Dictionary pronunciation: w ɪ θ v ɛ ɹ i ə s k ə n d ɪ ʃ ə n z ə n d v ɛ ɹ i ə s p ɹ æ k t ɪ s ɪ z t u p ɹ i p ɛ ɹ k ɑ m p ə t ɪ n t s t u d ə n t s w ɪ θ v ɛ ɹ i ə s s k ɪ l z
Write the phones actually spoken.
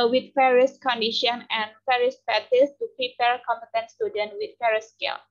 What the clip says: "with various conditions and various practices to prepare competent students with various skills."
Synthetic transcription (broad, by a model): w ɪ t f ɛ ɹ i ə s k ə n d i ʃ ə n ə n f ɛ ɹ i s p æ t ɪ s t u p ɹ i p ɛ ɹ k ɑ m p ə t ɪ n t s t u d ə n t w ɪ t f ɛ ɹ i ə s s k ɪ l